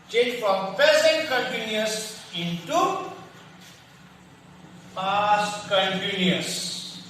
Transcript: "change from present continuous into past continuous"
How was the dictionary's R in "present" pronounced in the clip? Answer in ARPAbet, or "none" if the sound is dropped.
none